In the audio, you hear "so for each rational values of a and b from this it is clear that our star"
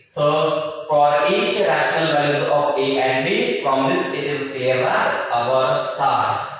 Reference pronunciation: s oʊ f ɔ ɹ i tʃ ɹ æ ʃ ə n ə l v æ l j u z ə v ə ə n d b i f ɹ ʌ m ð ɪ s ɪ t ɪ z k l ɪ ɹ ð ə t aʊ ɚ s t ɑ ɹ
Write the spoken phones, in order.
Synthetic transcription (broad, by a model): s oʊ f ɔ ɹ i tʃ ɹ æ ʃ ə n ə l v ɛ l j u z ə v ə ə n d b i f ɹ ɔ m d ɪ s ɪ t ɪ z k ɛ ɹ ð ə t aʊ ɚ s t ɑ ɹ